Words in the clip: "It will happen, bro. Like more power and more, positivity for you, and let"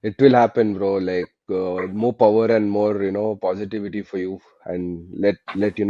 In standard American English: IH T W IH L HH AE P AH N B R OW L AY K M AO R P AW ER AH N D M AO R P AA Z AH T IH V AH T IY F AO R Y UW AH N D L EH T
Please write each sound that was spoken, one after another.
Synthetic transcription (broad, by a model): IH T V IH L HH AE P AH N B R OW L AY K M AO R P AW ER AH N D M AO R P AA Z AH T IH V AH T IY F AO R Y UW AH N D L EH T